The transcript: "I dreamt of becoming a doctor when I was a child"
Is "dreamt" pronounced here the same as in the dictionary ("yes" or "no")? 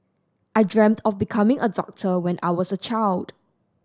yes